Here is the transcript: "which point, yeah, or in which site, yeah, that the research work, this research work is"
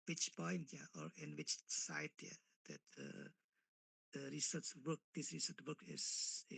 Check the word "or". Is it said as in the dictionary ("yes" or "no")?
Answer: yes